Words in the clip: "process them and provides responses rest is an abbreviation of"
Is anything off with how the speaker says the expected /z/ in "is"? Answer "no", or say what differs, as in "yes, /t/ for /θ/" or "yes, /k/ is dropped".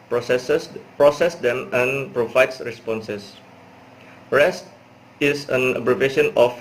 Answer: yes, /s/ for /z/